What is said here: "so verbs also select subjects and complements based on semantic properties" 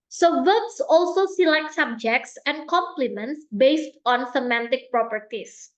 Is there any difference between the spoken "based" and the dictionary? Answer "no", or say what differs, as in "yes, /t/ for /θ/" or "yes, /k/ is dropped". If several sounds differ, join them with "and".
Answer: no